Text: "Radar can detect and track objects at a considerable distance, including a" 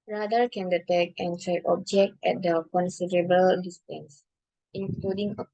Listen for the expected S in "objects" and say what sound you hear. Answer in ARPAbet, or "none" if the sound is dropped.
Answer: none